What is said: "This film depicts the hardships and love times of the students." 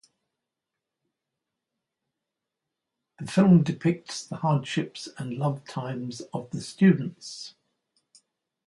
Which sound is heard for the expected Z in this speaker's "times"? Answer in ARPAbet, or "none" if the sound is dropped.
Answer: Z